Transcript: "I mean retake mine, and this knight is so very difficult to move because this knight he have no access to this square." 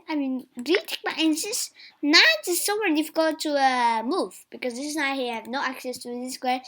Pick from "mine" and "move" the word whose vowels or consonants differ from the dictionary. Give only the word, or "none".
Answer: mine